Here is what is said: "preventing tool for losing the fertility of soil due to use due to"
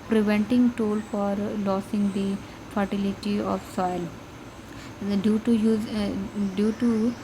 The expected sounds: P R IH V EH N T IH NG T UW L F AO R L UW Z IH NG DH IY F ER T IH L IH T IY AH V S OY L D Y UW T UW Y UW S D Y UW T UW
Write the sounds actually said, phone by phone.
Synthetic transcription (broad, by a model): P R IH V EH N T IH NG T UW L F AO R L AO S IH NG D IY F ER T IH L IH T IY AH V S OY L D Y UW T UW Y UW D Y UW T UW